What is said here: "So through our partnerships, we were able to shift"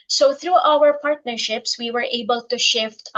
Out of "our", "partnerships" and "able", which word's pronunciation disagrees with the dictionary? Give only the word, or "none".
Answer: none